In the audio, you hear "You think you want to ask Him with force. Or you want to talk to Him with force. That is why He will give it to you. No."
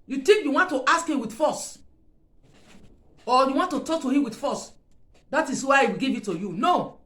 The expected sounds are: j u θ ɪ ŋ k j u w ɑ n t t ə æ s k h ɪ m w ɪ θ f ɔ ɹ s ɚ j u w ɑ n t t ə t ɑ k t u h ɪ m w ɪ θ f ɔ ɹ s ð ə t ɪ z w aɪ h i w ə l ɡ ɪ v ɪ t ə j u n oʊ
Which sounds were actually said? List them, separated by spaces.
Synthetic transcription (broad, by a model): j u t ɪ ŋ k j u w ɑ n t t ə s k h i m w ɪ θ f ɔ s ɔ j u w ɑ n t t ə t ɑ k t u h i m w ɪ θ f ɔ s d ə t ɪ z w aɪ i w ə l ɡ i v ɪ t ə j u n oʊ